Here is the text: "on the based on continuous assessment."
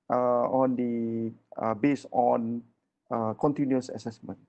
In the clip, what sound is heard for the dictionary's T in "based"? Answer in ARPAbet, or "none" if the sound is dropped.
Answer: none